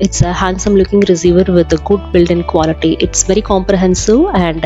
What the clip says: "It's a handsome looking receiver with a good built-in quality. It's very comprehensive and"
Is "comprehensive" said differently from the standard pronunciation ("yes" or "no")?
no